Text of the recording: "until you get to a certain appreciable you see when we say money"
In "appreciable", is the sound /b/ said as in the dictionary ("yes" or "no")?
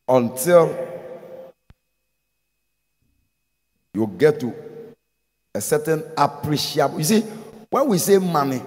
no